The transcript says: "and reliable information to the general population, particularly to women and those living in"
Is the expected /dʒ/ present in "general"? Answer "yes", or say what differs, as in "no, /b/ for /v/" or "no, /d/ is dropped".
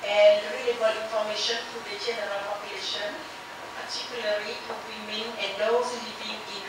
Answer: no, /tʃ/ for /dʒ/